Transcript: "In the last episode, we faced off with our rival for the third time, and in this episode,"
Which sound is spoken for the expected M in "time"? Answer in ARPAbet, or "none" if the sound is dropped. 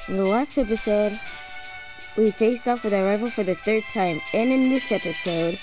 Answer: M